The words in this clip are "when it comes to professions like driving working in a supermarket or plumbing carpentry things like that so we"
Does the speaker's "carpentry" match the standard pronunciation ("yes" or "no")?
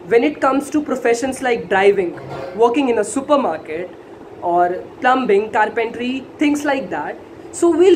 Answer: yes